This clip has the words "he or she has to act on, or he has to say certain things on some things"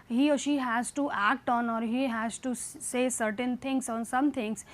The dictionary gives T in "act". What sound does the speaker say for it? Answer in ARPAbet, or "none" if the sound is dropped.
T